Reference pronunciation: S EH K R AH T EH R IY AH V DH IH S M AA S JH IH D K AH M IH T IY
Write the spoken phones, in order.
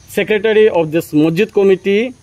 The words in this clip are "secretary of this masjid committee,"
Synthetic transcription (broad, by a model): S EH K R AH T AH R IY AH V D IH S M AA JH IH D K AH M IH T IY